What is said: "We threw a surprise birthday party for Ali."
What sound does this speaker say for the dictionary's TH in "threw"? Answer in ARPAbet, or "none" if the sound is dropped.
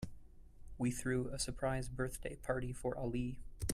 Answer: TH